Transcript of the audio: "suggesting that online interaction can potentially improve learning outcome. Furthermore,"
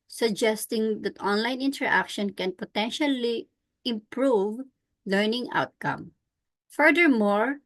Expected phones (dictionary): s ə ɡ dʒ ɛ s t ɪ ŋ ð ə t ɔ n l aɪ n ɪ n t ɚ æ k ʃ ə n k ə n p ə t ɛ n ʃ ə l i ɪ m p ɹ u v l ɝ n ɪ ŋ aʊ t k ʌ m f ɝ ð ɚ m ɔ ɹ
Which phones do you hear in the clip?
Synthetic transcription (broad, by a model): s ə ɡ dʒ ɛ s t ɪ ŋ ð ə t ɔ n l aɪ n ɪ n t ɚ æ k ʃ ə n k ə n p ə t ɛ n ʃ ə l i ɪ m p ɹ u v l ɝ n ɪ ŋ aʊ t k ʌ m f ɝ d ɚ m ɔ ɹ